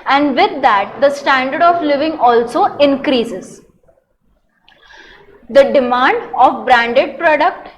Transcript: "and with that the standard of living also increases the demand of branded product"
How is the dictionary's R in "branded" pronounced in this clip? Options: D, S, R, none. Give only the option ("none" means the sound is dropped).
R